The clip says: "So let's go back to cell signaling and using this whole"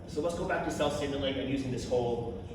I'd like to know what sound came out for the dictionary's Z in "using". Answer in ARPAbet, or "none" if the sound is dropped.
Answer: Z